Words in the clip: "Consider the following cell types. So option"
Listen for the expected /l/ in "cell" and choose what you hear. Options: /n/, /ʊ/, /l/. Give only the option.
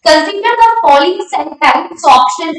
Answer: /n/